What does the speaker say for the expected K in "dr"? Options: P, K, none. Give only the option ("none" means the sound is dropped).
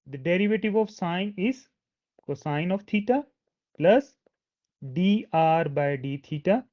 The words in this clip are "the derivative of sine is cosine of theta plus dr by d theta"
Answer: none